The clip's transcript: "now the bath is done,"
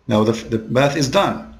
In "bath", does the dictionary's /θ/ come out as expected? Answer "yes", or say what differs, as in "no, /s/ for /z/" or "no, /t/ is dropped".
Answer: yes